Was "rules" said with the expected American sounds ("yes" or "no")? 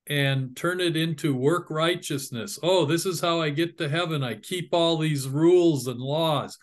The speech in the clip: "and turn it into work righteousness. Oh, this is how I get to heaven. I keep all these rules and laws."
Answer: yes